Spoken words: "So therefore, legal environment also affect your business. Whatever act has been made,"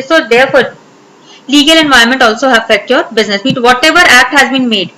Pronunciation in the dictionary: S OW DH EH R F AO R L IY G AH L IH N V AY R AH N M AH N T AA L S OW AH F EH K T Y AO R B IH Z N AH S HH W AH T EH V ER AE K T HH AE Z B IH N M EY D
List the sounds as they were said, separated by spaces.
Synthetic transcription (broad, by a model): S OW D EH R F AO R L IY G AH L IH N V AY AH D M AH N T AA L S OW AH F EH K T Y AO R B IH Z N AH S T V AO T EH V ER AE K T HH AE Z B IH N M EY D